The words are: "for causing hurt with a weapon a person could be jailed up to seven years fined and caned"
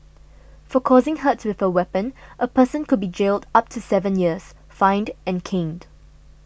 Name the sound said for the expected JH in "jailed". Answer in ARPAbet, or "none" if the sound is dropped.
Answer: JH